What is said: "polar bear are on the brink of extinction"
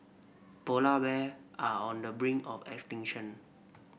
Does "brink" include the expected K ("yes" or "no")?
no